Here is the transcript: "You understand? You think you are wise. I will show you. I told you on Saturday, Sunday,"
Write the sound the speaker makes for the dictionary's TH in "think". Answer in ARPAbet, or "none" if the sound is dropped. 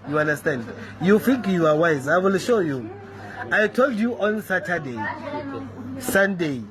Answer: F